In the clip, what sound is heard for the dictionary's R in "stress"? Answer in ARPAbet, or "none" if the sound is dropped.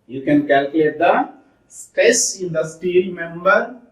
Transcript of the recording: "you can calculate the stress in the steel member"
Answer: none